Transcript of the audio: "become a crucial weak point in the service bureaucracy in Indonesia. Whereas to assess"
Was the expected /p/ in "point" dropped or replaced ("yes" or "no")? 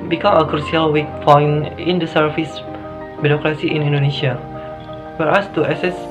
yes